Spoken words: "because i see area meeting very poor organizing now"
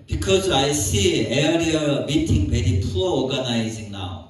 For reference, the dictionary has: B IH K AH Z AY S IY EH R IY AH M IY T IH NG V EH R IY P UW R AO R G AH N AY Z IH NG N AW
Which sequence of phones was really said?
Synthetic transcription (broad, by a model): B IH K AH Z AY S IY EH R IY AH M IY T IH NG B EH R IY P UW L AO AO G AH N AY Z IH NG N AW